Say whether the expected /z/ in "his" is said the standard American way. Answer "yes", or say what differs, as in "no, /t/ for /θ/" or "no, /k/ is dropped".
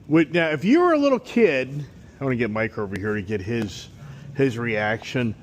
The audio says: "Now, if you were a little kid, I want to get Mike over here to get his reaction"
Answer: yes